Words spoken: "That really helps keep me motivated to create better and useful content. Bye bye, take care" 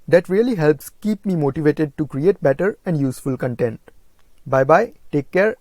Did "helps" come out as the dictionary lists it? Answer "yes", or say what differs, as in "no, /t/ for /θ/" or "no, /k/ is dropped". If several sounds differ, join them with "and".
yes